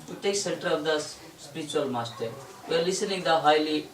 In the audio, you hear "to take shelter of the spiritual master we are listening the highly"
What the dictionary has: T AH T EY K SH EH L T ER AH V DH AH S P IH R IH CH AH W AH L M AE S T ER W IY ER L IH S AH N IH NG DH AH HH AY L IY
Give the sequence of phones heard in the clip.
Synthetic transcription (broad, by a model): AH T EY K S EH N T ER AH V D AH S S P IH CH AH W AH L M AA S T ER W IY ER L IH S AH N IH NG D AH HH AY L IY